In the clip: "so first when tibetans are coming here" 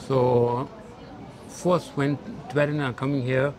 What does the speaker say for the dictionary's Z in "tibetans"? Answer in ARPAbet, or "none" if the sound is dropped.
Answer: none